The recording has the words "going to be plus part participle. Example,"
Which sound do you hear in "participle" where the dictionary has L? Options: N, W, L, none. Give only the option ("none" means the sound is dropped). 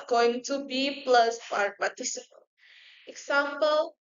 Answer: N